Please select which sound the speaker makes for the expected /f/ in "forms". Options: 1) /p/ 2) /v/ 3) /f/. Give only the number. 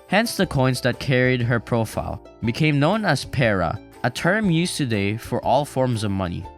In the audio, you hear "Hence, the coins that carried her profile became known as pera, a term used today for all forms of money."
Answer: 3